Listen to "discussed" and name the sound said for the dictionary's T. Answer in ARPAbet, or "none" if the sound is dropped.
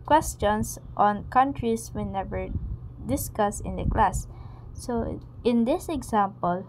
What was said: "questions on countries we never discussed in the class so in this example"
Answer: none